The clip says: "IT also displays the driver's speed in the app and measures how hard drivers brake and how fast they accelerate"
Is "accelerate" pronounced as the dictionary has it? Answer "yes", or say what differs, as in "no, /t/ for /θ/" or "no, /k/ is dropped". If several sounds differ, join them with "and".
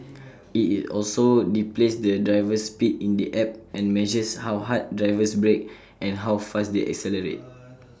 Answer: yes